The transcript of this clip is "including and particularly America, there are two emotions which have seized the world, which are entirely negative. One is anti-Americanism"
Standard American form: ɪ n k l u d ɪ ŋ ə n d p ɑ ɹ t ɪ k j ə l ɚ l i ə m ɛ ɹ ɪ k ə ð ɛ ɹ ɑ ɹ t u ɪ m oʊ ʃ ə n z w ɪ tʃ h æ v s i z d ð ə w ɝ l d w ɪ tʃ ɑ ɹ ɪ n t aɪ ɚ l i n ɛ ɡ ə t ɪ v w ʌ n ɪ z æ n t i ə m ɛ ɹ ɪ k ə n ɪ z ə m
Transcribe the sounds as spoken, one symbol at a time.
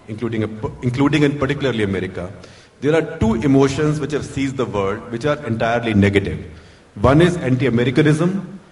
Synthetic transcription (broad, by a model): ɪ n k l u d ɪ ŋ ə l d p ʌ ɹ t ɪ k j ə l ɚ l i ə m ɛ ɹ ɪ k ə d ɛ ɹ ɑ ɹ t u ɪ m oʊ ʃ ə n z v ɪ tʃ h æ v s i z d ə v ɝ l d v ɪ tʃ ɑ ɹ ɪ n t aɪ ɚ l i n ɛ ɡ ə t ɪ v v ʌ n ɪ z æ n t i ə m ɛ ɹ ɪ k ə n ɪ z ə m